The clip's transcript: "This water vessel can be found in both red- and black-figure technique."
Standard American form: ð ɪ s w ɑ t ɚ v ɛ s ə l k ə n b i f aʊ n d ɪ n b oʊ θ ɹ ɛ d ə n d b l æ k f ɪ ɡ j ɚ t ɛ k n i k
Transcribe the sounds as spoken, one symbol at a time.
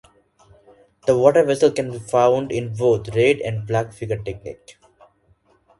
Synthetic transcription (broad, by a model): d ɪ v ɑ t ɚ v ɛ s ə l k ə n b i f aʊ n d ɪ n b oʊ t ɹ ɛ d ə n d b l æ k f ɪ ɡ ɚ t ɛ k n i k